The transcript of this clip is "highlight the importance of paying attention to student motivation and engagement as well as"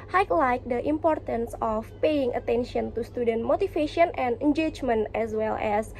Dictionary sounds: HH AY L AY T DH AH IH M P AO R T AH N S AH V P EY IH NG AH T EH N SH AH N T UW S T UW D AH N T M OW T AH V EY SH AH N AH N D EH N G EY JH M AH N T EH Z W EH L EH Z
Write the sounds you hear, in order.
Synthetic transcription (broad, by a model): HH AY L AY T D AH IH M P AO R T AH N S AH F P EY IH NG AH T EH N SH AH N T UW S T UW D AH N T M OW T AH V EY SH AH N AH N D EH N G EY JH M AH N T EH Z W EH L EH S